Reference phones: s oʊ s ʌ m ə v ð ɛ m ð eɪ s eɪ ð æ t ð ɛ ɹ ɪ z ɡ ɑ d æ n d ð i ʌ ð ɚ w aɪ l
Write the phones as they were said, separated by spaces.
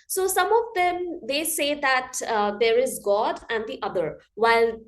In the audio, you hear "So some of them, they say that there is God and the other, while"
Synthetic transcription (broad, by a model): s oʊ s ʌ m ə v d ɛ m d eɪ s eɪ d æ t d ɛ ɹ ɪ z ɡ ɑ d æ n d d i ʌ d ɚ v aɪ l